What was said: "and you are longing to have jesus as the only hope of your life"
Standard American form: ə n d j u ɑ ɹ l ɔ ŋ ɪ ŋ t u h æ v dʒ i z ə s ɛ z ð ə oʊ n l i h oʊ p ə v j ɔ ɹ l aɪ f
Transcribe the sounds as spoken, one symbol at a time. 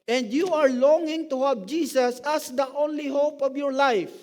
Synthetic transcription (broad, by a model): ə n d j u ɑ ɹ l ɔ ŋ ɪ ŋ t u h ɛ p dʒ i s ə s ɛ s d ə oʊ n l i h oʊ p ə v j ɔ ɹ l aɪ f